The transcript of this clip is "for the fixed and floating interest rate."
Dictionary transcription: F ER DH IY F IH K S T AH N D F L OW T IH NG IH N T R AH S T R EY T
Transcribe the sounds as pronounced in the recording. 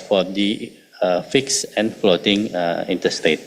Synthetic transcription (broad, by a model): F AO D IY F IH K S AH N F L OW T IH NG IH N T AH S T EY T